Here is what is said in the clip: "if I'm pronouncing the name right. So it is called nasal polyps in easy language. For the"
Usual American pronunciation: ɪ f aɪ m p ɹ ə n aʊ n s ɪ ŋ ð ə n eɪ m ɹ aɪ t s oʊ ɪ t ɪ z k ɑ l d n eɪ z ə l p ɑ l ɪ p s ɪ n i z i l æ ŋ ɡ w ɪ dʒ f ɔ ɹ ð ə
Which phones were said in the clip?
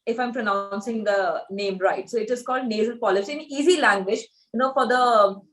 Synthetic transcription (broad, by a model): ɪ f aɪ m p ɹ ə n aʊ n s ɪ ŋ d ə n eɪ m ɹ aɪ t s oʊ ɪ t ɪ z k ɑ l d n eɪ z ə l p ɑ l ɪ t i ɪ n i z i l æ ŋ ɡ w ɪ dʒ f ɔ ɹ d ə